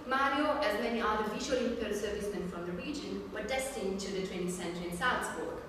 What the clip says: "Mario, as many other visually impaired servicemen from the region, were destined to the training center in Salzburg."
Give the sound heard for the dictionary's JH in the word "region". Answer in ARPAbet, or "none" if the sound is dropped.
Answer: JH